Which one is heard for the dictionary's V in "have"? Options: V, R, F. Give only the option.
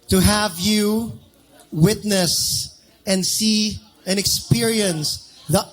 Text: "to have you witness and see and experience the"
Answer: V